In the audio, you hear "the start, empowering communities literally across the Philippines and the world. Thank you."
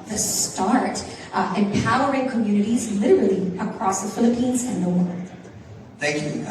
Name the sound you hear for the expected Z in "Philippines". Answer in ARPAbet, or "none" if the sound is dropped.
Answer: Z